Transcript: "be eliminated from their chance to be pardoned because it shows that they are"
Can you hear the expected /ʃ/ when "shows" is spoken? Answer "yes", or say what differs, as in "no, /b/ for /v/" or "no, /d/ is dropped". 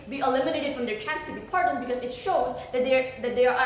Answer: yes